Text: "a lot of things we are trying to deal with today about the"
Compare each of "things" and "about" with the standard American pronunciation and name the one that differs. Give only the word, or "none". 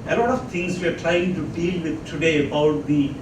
things